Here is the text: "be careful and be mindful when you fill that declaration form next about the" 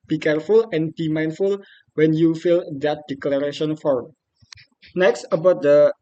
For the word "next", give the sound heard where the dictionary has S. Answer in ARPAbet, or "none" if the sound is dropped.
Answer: S